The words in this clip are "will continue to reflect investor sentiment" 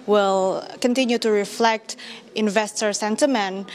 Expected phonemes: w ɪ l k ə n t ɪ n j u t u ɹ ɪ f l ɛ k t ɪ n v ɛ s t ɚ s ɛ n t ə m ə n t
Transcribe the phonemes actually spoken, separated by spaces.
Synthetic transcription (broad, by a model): w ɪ l k ə n t ɪ n j u t u ɹ ɪ f l ɛ k t ɪ n v ɛ s t ɚ s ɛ n t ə m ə n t